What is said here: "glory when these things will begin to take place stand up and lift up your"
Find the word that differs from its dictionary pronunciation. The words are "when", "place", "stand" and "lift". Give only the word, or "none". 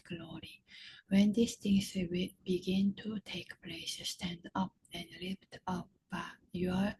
lift